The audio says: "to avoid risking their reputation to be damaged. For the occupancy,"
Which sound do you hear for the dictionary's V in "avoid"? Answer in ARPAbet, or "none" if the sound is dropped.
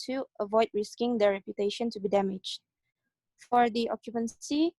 V